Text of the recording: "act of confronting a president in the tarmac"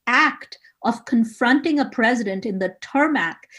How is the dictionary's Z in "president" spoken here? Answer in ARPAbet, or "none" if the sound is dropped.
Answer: Z